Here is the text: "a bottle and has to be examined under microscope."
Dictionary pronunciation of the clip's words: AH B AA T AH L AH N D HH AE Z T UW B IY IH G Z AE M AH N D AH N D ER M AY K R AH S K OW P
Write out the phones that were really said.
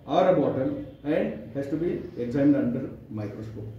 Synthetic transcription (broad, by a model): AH B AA T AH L AH N D HH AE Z T UW B IY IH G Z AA AH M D AH N D ER M AY K R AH S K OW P